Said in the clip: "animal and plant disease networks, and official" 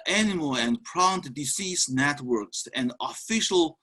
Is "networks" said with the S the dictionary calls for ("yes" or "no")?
yes